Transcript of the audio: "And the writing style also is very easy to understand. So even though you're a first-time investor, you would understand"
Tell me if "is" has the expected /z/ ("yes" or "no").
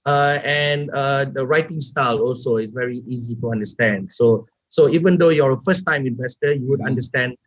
no